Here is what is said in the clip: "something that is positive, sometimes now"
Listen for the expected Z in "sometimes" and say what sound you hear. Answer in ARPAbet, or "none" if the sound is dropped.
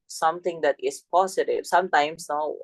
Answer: S